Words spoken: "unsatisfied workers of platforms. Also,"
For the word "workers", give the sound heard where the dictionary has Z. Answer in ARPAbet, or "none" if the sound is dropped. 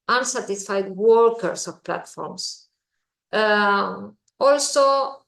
S